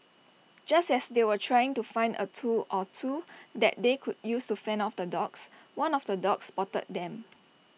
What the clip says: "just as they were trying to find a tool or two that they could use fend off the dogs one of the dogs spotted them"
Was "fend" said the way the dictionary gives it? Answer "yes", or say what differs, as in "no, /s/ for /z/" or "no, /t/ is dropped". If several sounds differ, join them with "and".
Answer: no, /d/ is dropped